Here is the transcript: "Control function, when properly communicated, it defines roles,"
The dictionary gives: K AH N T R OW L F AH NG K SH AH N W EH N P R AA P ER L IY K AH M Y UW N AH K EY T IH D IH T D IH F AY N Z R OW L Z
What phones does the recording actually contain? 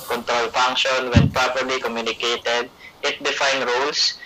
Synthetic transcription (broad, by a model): K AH N T R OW L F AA NG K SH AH N W EH N P R AA P ER L IY K AH M Y UW N AH K EY T IH D IH T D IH F AY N R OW L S